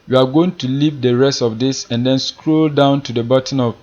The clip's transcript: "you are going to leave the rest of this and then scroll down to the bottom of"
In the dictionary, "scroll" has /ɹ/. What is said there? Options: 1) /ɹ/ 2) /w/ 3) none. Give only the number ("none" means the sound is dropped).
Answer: 1